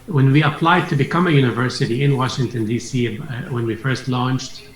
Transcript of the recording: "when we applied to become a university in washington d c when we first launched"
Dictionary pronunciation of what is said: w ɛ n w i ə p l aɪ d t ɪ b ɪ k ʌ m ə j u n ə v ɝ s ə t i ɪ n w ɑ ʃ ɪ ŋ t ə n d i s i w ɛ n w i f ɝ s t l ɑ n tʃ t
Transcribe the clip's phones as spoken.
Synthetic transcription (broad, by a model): w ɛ n w i ə p l aɪ d t ɪ b ɪ k ʌ m ə j u n ə v ɝ s ə t i ɪ n w ɑ ʃ ɪ ŋ t ə n d i s i w ɛ n w i f ɝ s t l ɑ n tʃ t